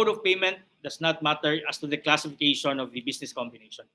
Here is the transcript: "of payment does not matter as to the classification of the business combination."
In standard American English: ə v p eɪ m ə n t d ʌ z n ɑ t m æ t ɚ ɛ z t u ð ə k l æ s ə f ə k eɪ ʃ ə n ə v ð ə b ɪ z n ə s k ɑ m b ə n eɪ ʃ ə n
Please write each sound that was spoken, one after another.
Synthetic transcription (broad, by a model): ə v p eɪ m ə n t d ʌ s n ɑ t m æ t ɚ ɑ s t u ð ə k l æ s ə f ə k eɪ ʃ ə n ə v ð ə b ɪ s n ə s k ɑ m b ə n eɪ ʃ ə n